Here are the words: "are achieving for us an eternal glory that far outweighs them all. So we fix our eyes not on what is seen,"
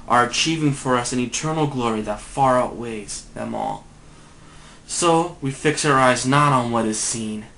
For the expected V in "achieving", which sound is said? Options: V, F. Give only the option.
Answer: V